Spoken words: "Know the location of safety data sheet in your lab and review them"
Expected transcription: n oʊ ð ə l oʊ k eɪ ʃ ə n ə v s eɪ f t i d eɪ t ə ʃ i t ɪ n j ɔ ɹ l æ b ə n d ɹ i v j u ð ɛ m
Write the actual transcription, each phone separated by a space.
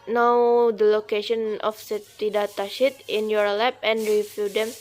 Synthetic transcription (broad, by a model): n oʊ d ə l oʊ k eɪ ʃ ə n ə f s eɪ t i d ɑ t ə ʃ i t ɪ n j ɔ ɹ l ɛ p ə n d ɹ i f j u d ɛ m